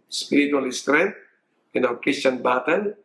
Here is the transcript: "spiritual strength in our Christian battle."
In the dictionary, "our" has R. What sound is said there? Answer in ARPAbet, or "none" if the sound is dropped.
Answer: L